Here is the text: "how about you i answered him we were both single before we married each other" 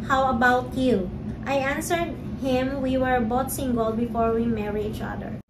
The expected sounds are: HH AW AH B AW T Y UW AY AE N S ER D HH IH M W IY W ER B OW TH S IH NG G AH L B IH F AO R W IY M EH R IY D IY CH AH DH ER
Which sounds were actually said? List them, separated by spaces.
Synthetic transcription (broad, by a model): HH AW AH B AW T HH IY AY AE N S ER D HH IH M W IY W ER B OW T S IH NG G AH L B IH F AO R W IY M EH R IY IY CH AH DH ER